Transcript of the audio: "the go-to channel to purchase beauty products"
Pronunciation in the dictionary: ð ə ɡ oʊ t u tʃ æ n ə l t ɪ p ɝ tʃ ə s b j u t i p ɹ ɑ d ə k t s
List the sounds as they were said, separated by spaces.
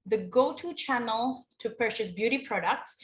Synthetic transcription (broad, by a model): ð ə ɡ oʊ t u tʃ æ n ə l t ɪ p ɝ ʃ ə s b j u t i p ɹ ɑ d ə k t s